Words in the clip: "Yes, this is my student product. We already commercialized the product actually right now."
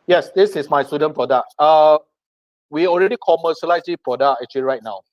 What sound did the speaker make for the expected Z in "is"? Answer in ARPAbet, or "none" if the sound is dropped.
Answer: S